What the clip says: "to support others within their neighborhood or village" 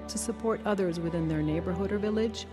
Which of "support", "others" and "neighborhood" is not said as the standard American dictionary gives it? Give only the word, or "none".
none